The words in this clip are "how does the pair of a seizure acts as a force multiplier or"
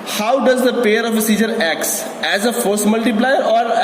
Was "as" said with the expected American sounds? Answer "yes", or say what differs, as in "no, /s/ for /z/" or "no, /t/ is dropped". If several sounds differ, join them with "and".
yes